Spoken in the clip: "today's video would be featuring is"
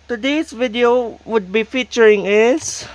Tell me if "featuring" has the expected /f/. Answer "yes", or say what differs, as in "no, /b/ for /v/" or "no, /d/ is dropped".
yes